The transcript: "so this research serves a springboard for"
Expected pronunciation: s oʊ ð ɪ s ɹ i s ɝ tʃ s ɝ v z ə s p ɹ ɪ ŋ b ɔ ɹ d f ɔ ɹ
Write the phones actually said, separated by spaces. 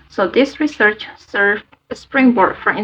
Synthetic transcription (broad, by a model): s oʊ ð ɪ s ɹ i s ɝ tʃ s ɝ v ə s p ɹ ɪ ŋ b ɔ ɹ d f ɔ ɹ